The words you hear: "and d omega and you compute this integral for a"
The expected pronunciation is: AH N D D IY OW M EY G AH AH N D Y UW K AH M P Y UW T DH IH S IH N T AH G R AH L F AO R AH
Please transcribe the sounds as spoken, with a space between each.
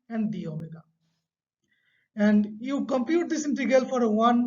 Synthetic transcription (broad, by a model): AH N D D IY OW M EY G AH AH N D Y UW K AH M P Y UW T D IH S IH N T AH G AH L F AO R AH